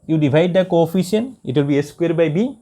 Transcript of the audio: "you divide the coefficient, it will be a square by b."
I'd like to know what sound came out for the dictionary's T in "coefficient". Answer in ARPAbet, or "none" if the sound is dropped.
none